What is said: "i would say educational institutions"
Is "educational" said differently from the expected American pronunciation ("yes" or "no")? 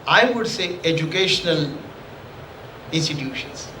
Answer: no